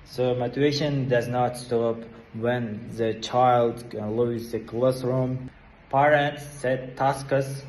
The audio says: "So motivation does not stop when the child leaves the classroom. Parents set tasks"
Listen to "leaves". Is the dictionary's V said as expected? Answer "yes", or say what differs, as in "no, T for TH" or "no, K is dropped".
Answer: no, V is dropped